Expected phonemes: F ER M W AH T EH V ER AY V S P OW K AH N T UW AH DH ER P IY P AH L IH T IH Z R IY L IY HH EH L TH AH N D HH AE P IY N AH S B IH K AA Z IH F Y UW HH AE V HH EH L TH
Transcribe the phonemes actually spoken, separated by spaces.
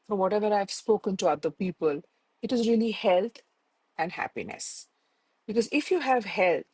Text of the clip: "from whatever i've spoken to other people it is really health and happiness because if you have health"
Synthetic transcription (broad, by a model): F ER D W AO T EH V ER AY V S P OW K AH N T UW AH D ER P IY P AH L IH T IH Z R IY L IY HH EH L T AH N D HH AE P IY N AH S B IH K AA Z IH F Y UW HH AE V HH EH L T